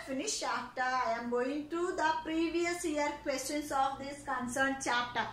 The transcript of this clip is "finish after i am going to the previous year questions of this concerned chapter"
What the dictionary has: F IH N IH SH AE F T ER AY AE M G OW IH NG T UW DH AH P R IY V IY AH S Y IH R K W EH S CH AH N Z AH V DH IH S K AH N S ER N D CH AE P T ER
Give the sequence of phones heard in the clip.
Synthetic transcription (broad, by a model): F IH N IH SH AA T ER AY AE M G OW IH NG T UW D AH P R IY V IY AH S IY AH R K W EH S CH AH N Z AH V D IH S K AH N S ER N D CH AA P T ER